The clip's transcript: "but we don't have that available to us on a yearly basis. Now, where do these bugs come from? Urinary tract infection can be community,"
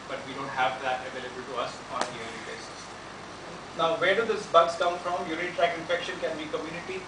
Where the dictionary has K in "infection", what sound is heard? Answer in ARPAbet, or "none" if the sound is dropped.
K